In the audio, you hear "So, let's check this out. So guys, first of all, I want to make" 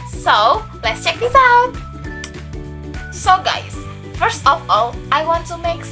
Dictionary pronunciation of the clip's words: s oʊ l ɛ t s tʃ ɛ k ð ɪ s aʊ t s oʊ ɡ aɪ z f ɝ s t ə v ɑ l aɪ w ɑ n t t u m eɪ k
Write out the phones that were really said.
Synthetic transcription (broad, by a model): s oʊ l ɛ t s tʃ ɛ k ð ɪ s aʊ t s oʊ ɡ aɪ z f ɝ s t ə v ɑ l aɪ w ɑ n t t u m eɪ k